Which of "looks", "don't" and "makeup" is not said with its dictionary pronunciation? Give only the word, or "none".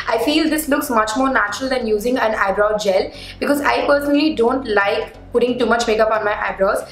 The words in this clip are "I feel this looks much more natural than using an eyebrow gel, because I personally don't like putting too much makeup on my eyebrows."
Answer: none